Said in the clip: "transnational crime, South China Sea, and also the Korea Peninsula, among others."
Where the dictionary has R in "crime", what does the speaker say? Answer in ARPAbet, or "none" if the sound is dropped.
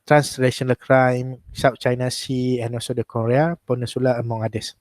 R